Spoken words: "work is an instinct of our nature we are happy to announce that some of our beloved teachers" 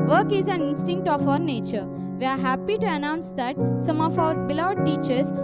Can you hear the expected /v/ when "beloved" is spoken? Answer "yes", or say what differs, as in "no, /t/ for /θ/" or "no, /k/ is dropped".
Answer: no, /v/ is dropped